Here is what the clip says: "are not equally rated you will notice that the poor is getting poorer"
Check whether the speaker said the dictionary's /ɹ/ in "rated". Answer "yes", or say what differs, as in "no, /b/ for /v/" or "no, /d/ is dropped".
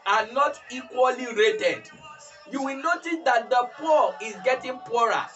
yes